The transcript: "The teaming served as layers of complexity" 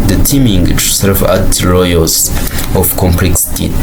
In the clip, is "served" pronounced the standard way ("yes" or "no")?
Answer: no